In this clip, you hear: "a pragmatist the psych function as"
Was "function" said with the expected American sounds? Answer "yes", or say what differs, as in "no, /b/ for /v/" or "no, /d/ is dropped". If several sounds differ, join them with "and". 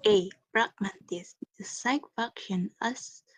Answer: no, /ŋ/ is dropped